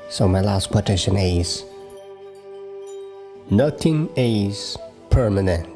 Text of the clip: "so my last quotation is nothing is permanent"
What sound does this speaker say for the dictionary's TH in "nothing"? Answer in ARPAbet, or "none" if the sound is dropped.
T